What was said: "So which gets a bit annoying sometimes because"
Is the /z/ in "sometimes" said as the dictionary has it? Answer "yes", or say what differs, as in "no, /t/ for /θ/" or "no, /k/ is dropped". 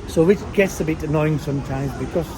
yes